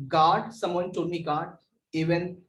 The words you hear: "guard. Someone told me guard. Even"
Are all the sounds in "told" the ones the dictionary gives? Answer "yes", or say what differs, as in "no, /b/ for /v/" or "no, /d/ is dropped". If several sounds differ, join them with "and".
no, /l/ is dropped